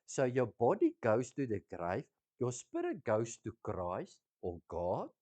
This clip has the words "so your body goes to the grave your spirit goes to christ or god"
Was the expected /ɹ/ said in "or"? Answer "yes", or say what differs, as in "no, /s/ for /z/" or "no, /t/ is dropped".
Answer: no, /l/ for /ɹ/